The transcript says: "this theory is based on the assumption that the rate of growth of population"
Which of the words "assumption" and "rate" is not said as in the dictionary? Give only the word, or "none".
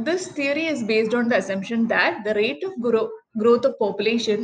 none